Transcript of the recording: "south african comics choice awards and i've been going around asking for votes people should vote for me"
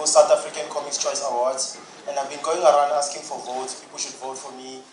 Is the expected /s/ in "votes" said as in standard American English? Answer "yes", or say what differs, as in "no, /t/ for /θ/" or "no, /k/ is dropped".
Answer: no, /s/ is dropped